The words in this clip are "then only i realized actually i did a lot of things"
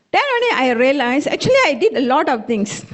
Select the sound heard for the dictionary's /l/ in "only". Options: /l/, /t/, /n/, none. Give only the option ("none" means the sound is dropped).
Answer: none